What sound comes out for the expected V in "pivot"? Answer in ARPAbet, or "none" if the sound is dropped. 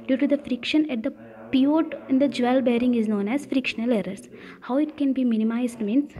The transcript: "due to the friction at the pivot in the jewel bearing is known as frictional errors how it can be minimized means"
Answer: none